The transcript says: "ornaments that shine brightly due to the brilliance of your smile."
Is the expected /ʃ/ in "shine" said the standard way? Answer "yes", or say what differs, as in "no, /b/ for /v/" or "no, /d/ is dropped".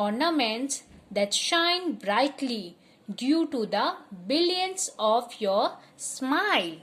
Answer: yes